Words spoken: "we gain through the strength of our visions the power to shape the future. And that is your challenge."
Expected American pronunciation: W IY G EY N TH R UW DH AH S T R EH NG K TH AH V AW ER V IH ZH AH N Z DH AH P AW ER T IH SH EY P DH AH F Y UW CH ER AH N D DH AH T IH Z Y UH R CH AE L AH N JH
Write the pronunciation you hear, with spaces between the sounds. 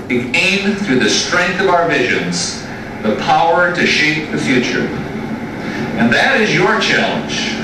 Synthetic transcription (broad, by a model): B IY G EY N TH R UW DH AH S T R EH NG K TH AH V AW ER V IH ZH AH N Z DH AH P AW ER T IH SH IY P DH AH F Y UW CH ER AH N DH AH T IH Z Y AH R CH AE L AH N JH